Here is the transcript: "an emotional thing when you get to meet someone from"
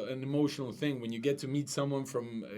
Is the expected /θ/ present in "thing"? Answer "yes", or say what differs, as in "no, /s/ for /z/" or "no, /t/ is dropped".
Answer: yes